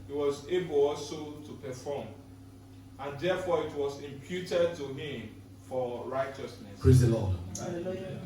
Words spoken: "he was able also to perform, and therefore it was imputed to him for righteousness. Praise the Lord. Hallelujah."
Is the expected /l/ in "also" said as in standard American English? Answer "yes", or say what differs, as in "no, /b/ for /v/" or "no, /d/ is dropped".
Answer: no, /l/ is dropped